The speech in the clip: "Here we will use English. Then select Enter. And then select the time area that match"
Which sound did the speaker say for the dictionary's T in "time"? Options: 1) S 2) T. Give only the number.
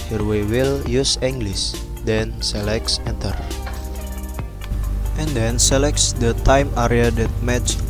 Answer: 2